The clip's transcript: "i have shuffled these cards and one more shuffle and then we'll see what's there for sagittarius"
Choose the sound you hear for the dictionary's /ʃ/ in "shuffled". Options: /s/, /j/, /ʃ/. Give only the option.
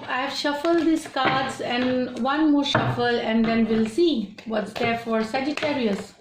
/ʃ/